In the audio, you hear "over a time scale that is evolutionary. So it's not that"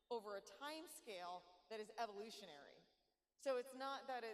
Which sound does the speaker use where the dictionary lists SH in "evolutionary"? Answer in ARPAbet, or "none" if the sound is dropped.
SH